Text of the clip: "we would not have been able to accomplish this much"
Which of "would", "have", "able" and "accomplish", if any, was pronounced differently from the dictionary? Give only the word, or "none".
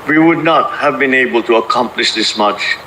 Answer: none